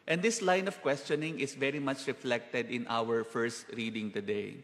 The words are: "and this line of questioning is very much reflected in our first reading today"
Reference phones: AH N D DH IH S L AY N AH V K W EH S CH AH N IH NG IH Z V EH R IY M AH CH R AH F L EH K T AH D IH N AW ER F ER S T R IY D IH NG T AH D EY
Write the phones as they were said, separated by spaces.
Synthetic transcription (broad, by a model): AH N D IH S L AY N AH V K W EH S CH AH N IH NG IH S V EH R IY M AH CH R AH F L EH K T AH D IH N AW ER F ER S T R IY D IH NG T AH D EY